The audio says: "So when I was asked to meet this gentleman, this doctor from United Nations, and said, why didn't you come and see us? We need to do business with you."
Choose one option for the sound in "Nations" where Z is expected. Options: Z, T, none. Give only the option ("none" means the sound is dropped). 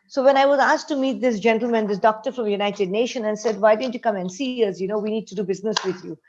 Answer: none